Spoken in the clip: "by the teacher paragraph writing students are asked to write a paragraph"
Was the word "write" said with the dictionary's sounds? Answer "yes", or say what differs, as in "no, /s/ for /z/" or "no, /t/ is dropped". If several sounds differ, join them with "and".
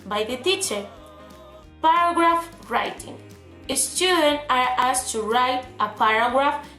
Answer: yes